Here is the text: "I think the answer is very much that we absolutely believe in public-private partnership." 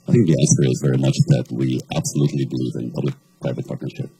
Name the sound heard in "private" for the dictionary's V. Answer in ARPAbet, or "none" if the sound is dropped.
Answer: V